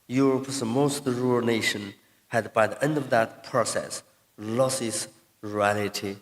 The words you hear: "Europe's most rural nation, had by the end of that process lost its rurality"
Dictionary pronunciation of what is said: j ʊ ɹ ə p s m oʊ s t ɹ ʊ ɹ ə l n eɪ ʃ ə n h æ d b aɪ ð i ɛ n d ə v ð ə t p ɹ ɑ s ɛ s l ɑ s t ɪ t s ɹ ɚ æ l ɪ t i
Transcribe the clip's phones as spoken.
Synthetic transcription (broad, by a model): j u ɹ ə p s m oʊ s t ɹ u ə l n eɪ ʃ ə n h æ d b aɪ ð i ɛ n d ə v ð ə t p ɹ ɑ s ɛ s l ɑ s ɪ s ɹ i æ l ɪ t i